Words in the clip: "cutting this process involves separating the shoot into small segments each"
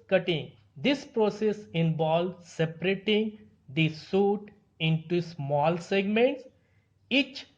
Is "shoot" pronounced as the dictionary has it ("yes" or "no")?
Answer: no